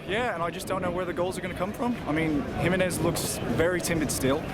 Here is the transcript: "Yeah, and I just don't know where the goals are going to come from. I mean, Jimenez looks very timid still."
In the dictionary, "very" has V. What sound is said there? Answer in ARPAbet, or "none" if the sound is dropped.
V